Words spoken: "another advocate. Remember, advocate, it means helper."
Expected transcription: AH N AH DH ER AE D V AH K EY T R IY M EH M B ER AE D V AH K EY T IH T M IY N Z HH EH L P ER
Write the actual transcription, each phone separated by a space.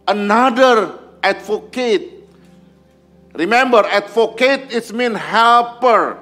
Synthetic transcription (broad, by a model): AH N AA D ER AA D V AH K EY T R IY M EH M B ER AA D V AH K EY T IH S M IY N HH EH L P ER